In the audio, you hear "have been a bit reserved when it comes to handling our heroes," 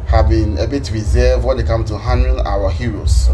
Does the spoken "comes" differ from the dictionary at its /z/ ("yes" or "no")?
yes